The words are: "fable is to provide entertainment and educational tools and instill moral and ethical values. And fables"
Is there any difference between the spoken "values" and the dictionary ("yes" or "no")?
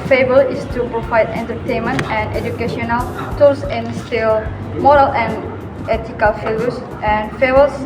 yes